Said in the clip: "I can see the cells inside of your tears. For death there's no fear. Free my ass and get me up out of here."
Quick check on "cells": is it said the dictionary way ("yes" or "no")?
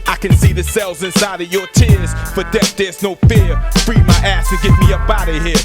yes